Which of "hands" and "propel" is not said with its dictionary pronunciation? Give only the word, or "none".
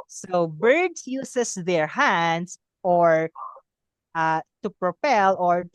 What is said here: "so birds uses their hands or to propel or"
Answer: hands